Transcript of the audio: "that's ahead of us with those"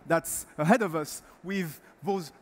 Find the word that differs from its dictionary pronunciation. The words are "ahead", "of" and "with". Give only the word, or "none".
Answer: none